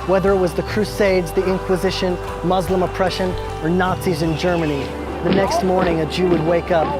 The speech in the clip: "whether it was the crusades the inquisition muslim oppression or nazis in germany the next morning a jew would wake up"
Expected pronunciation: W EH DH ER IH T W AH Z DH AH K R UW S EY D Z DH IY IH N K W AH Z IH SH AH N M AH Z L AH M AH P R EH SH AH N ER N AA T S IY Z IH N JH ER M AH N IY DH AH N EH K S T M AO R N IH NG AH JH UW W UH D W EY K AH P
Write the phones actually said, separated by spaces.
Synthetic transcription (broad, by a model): W EH DH ER IH T W AH Z DH AH K R UW S EY D Z DH IY IH N K W AH Z IH SH AH N M AH Z L AH M AH P R EH SH AH N ER N AA T S IY Z IH N JH ER M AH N IY DH AH N EH K S T M AO R N IH NG AH JH UW W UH D W EY K AH P